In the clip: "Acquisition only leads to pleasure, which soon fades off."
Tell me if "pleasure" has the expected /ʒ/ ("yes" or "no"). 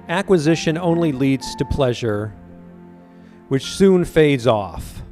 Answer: yes